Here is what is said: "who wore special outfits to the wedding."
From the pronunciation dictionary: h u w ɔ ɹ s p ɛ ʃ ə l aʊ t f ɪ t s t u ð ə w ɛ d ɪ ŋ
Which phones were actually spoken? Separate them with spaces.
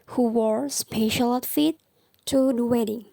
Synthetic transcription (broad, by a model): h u w ɔ ɹ s p ɛ ʃ ə l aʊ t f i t t u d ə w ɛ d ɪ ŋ